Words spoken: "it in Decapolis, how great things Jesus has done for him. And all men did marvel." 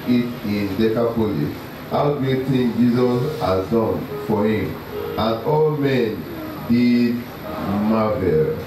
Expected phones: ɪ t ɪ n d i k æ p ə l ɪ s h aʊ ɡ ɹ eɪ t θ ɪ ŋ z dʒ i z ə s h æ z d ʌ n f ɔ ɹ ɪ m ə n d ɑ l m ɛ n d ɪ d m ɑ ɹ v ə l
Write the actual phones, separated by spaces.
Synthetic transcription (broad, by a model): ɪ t ɪ n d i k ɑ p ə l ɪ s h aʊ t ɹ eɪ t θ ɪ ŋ dʒ i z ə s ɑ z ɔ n f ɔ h ɪ m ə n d ɑ l m ɛ n d ɪ d m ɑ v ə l